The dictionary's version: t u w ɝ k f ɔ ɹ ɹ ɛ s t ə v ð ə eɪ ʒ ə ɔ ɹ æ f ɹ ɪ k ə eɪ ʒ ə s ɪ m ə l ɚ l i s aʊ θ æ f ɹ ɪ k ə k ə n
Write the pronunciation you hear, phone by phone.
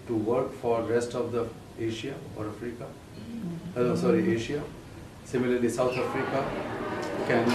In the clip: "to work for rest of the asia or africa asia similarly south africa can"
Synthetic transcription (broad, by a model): t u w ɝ k f ɔ ɹ ɹ ɛ s t ə v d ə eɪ ʃ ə ɔ ɹ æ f ɹ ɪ k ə eɪ ʃ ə s ɪ m ə l ɚ l i s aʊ t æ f ɹ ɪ k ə k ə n